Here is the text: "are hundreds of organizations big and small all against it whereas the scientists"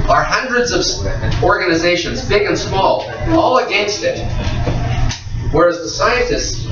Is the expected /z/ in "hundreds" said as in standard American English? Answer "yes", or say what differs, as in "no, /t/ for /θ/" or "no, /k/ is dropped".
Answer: yes